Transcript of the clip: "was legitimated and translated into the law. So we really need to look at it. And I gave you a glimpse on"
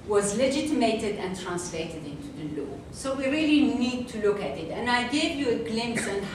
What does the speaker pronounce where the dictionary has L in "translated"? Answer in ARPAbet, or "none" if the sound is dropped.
L